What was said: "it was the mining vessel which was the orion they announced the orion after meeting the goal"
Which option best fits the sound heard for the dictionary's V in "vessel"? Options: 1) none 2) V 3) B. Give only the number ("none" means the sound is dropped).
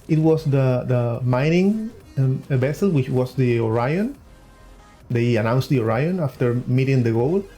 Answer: 3